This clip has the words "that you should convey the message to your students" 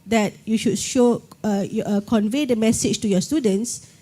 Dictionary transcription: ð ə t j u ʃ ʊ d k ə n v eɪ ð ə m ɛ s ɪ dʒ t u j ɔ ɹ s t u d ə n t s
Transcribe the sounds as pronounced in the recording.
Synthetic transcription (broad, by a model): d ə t j u ʃ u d k ə n v eɪ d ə m ɛ s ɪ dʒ t u j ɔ s t u d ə n t s